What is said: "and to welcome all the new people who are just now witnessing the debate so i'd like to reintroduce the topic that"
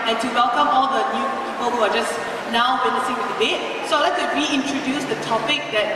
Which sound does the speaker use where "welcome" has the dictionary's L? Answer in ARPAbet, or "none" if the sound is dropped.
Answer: L